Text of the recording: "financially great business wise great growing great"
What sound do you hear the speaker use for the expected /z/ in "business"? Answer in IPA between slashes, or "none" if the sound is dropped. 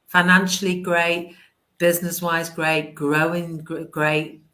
/z/